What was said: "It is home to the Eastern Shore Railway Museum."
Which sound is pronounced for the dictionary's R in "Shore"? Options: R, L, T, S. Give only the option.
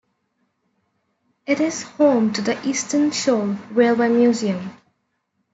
L